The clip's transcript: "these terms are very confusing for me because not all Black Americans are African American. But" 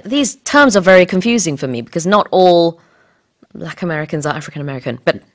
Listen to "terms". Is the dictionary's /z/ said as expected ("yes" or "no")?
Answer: yes